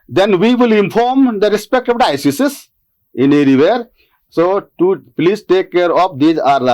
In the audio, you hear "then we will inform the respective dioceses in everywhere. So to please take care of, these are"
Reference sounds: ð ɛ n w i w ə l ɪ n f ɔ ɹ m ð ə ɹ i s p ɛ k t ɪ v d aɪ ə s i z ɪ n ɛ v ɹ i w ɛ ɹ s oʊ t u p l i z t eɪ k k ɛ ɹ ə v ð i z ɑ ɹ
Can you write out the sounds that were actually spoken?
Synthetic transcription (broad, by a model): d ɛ n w i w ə l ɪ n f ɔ ɹ m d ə ɹ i s p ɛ k t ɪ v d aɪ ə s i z ɪ n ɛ ɹ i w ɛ ɹ s oʊ t u p l i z t eɪ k k ɛ ɹ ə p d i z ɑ ɹ